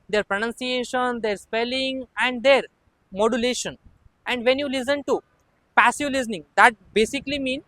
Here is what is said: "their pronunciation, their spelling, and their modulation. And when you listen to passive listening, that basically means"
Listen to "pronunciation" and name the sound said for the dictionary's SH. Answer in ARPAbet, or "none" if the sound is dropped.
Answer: SH